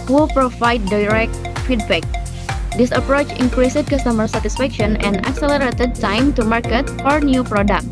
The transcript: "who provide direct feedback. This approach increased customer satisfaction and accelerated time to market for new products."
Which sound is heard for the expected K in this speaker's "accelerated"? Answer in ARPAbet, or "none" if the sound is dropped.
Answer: K